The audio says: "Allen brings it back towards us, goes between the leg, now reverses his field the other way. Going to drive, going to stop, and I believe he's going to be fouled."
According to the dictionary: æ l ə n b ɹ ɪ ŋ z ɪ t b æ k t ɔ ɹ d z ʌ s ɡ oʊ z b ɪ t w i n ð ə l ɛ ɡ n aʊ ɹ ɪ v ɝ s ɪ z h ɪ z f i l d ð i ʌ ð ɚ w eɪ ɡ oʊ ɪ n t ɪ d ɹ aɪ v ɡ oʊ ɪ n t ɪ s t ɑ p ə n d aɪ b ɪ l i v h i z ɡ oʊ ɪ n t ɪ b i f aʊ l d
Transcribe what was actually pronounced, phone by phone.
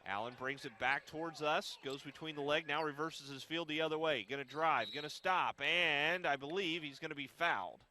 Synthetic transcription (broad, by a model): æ l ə n b ɹ ɪ ŋ z ɪ t b æ k t ɔ ɹ d z ʌ s ɡ oʊ z b ɪ t w i n ð ə l ɛ ɡ n aʊ ɹ ɪ v ɝ s ɪ z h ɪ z f i l d ð i ʌ ð ɚ w eɪ ɡ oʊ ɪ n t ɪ d ɹ aɪ v ɡ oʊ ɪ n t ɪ s t ɑ p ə n aɪ b ɪ l i v h i z ɡ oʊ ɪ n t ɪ b i f aʊ l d